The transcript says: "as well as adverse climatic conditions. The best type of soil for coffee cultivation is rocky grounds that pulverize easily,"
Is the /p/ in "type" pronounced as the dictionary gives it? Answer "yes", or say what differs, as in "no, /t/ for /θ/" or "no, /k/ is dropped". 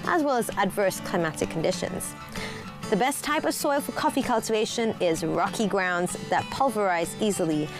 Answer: yes